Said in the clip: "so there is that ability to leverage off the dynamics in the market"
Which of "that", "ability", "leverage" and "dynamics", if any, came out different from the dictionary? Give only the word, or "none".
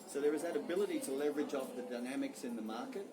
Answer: none